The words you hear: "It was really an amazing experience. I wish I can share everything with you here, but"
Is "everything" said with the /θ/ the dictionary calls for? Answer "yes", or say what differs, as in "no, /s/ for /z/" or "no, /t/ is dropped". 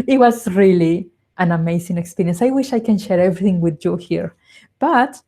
yes